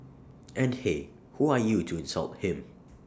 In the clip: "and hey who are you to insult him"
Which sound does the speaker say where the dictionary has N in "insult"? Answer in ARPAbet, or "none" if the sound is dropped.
N